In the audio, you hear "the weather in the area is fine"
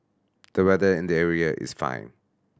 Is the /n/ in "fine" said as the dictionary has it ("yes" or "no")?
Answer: yes